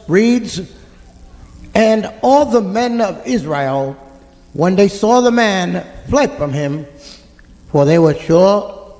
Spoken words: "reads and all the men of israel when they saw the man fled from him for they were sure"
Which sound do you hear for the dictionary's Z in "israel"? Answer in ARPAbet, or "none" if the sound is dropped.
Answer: Z